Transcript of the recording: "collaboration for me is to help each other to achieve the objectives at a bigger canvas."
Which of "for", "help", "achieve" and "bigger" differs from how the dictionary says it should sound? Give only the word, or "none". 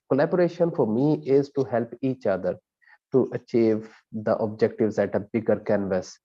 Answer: none